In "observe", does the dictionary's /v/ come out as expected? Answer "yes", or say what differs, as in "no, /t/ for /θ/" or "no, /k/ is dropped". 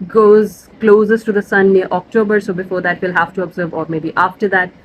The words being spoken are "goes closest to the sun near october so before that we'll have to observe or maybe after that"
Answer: yes